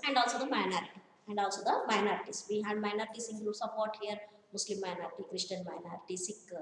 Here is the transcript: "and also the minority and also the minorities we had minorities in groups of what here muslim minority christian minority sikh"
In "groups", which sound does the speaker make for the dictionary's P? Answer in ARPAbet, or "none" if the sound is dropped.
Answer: none